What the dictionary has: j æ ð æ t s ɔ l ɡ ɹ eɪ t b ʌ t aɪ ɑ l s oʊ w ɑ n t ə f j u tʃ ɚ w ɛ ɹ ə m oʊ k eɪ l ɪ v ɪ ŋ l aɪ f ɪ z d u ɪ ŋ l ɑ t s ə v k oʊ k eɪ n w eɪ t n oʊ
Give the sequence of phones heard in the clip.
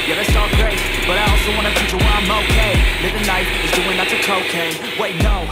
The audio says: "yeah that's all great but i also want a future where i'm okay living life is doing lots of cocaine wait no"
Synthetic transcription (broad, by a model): j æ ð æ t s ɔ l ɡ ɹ eɪ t b ʌ t aɪ ɑ l s oʊ w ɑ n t ə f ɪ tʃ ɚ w ə m oʊ k eɪ l ɪ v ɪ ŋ n aɪ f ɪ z d u ɪ ŋ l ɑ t ə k oʊ k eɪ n w eɪ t n oʊ